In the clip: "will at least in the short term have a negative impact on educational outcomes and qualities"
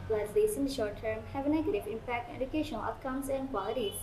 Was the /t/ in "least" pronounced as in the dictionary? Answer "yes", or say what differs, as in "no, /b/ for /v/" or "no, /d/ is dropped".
no, /t/ is dropped